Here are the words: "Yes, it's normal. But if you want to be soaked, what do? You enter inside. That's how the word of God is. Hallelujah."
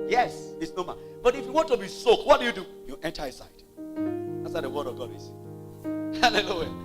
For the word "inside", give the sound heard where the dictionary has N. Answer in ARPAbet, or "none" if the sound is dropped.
none